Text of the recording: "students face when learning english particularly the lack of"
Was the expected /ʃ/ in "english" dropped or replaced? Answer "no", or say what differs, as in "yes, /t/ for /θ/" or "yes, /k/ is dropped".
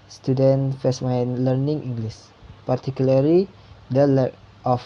yes, /s/ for /ʃ/